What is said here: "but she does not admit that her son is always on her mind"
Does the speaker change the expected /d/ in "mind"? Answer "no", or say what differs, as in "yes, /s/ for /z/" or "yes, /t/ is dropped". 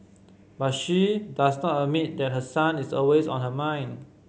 yes, /d/ is dropped